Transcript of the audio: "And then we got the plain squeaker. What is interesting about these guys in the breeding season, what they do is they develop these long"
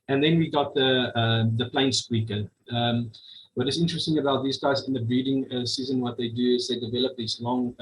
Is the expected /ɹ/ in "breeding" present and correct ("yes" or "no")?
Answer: no